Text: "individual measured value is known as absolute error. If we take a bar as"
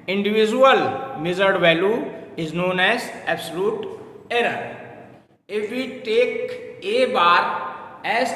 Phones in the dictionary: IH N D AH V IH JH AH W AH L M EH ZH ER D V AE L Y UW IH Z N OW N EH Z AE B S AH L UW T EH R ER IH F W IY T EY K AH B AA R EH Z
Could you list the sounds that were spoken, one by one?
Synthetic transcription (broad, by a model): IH N D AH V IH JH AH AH L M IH Z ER D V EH L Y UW IH Z N OW N EH Z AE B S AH L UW T EH R ER IH F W IY T EY K AH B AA R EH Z